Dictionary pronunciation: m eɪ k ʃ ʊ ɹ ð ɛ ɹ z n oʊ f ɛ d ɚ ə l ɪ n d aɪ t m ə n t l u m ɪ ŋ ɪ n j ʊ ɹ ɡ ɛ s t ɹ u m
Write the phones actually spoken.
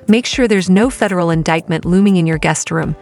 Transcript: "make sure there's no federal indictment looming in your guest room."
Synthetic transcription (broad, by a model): m eɪ k ʃ ʊ ɹ ð ɛ ɹ z n oʊ f ɛ d ɚ l ɪ n d aɪ t m ə n t l u m ɪ ŋ ɪ n j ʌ ɹ ɡ ɛ s t ɹ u m